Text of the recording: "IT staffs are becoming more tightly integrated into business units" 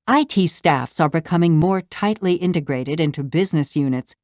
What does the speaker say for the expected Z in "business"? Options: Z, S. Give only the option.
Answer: Z